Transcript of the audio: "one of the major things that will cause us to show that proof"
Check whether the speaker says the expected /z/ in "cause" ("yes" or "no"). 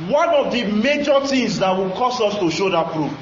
no